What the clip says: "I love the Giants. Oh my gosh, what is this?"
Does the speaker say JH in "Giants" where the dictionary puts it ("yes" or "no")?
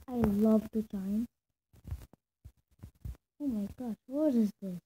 no